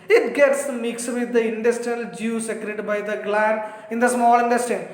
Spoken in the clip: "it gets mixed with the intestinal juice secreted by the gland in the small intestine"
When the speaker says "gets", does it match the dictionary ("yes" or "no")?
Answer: yes